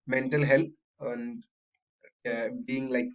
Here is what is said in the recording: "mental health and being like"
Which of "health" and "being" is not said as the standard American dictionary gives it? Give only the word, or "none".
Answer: health